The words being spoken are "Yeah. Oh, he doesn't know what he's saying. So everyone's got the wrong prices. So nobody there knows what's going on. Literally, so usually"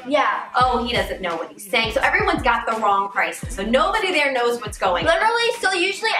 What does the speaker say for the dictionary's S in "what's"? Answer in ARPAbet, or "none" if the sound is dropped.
S